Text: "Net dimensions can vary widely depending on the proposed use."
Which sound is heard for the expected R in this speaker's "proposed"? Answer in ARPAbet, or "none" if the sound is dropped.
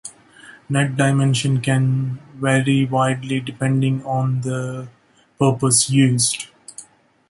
none